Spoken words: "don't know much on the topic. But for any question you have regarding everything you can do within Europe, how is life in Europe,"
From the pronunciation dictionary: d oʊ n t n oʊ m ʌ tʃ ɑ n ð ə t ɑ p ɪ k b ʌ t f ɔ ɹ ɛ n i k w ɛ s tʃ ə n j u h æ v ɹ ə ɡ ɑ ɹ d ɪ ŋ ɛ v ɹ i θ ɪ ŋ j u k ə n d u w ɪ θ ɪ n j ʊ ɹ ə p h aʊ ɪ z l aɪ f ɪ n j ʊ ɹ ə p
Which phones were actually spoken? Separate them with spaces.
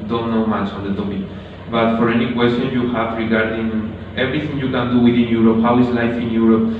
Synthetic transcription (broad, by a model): d oʊ n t n oʊ m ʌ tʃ ɑ n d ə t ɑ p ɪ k b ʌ t f ɔ ɹ ɛ n i k w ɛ s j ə n j u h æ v ɹ ə ɡ ɑ ɹ d ɪ ŋ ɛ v ɹ i t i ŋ j u k ə n d u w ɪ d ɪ n j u ɹ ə p h aʊ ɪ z l aɪ f ɪ n j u ɹ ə p